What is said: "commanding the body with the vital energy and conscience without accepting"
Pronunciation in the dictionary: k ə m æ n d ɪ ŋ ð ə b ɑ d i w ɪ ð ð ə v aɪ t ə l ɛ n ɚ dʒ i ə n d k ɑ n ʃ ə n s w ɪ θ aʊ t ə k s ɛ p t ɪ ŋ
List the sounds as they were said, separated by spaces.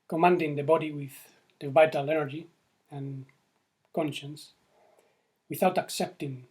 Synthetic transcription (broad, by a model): k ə m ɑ n d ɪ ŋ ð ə b ɑ d i w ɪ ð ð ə v aɪ t ə l ɛ n ɚ dʒ i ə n k ɑ n ʃ ə n s w ɪ θ aʊ t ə k s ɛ p t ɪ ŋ